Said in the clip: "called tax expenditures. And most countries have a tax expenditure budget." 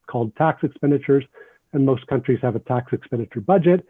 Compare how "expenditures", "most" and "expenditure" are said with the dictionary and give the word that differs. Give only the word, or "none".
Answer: none